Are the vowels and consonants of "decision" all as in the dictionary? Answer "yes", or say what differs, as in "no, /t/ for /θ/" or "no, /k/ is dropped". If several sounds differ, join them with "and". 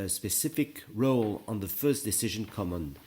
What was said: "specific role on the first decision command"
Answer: yes